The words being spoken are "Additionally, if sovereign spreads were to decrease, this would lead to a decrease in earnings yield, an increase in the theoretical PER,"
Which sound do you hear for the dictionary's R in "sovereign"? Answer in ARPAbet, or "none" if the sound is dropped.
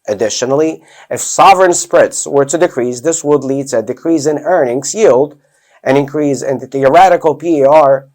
R